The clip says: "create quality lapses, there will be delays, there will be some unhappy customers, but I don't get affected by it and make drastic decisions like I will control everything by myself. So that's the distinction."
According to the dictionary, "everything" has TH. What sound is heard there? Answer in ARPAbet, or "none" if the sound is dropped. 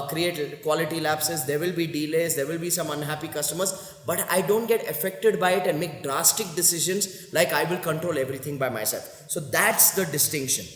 T